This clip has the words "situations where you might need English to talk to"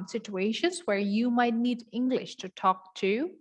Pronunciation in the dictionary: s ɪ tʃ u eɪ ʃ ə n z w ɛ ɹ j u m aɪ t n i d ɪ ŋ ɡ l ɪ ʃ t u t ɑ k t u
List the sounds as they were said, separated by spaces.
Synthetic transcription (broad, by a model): s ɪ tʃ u eɪ ʃ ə n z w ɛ ɹ j u m aɪ t n i d ɪ ŋ ɡ l ɪ ʃ t u t ɑ k t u